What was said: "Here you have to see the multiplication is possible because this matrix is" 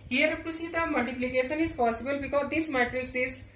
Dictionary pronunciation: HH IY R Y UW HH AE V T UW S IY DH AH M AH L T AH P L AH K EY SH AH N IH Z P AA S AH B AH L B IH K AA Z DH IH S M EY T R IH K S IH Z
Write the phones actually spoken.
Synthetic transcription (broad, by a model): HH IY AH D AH P T UW S IY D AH M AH L T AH P L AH K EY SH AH N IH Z P AA S AH B AH L B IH K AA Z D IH S M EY T R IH K S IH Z